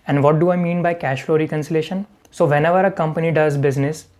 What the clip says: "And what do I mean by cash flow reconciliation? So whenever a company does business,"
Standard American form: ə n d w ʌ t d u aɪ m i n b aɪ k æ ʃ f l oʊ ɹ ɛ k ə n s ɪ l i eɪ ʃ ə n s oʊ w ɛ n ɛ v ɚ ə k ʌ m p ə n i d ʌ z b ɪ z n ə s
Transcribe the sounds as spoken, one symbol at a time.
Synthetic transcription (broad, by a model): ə n d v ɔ t d u aɪ m i n b aɪ k æ ʃ f l oʊ ɹ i k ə n s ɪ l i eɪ ʃ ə n s oʊ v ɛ n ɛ v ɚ ə k ʌ m p ə n i d ʌ z b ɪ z n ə s